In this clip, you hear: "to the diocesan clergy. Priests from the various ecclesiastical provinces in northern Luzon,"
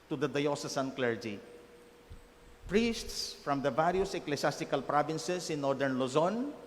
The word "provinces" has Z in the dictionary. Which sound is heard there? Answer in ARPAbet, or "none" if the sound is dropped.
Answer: S